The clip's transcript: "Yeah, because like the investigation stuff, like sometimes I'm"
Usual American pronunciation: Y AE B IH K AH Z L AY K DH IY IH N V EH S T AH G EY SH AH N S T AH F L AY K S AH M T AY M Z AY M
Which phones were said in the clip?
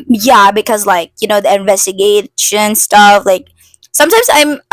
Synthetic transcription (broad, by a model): Y AE B IH K AH Z L AY K DH IY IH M V EH S T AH G EY SH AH N S T AH F L AY K S AH M T AY M Z AY M